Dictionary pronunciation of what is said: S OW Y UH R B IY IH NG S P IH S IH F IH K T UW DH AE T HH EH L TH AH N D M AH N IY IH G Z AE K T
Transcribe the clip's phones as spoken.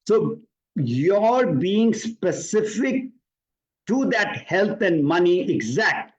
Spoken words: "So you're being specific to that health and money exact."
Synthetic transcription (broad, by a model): S OW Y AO R B IY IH NG S P IH S IH F IH K T UW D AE T HH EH L T AH N D M AH N IY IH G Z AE K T